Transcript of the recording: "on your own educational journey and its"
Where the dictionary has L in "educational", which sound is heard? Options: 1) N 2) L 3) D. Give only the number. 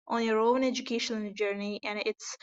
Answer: 1